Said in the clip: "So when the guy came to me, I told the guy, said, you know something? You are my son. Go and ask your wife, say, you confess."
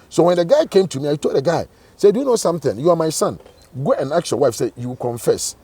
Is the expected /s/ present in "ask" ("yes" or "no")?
no